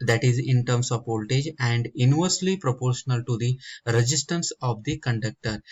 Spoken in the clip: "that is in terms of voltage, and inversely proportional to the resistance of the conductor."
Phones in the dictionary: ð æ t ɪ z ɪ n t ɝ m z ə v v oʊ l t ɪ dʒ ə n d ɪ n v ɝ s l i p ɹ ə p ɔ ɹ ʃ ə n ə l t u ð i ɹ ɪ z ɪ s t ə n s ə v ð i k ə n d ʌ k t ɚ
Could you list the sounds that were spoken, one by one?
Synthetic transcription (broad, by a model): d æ t ɪ z ɪ n t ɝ m s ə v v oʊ l t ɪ dʒ ə n d ɪ n v ɝ s l i p ɹ ə p ɔ ɹ ʃ ə n ə l t u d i ɹ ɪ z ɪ s t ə n s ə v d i k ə n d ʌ k t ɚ